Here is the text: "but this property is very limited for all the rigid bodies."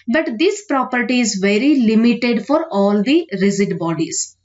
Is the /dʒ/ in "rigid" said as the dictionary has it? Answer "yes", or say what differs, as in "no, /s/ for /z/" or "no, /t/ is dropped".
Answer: no, /z/ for /dʒ/